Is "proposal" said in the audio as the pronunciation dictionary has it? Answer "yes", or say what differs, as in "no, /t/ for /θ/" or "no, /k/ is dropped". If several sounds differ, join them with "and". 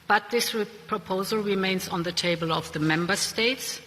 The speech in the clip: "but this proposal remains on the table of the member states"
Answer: yes